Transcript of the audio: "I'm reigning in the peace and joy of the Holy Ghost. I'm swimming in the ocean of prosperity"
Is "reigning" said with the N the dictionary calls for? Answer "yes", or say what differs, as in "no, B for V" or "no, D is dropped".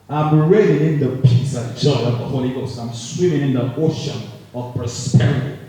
no, L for N